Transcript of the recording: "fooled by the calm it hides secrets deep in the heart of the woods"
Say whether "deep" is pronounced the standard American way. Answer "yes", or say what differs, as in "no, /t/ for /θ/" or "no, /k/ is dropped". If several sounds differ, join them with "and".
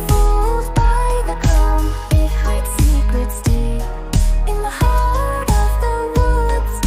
no, /p/ is dropped